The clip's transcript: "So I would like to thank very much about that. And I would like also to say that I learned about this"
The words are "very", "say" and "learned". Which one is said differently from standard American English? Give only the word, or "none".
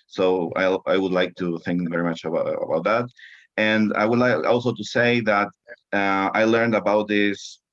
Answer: none